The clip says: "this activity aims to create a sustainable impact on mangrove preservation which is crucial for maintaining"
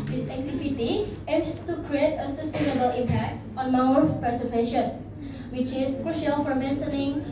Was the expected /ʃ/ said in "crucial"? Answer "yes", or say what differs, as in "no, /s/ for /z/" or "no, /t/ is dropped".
yes